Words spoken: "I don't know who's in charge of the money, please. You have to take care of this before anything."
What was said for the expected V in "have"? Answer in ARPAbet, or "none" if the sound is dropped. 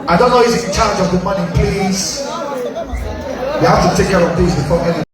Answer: F